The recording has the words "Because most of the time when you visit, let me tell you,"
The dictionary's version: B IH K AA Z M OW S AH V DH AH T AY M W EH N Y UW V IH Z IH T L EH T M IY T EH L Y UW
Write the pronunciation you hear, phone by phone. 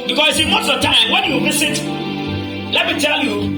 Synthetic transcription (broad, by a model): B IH K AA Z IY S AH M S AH T AY M W EH N Y UW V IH S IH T L EH T M IY T EH L Y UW